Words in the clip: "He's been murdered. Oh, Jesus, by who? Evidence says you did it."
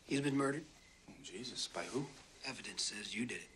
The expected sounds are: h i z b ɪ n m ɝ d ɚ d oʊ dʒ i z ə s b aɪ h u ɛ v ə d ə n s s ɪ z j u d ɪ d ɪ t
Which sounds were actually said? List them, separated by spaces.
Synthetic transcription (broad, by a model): h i z b ɪ n m ɝ d ɚ d dʒ i z ə s b aɪ h u ɛ v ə d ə n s s ɪ z j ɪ d ɪ d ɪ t